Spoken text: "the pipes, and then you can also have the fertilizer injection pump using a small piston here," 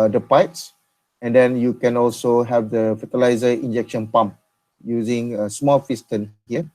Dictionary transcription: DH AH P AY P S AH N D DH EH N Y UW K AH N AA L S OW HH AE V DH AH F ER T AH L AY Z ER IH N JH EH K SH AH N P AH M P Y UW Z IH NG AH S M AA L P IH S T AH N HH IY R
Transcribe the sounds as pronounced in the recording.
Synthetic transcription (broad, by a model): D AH P AY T S AH N D EH N Y UW K AH N AA L S OW HH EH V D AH F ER T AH L AY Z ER IH N JH EH K SH AH N P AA M P Y UW Z IH NG AH S M AA L F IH S T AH N HH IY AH